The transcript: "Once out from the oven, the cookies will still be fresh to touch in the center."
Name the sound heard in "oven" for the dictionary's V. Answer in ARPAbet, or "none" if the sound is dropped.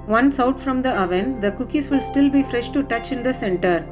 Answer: V